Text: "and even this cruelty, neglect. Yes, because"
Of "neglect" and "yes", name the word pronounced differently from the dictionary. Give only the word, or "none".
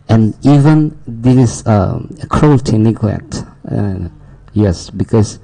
neglect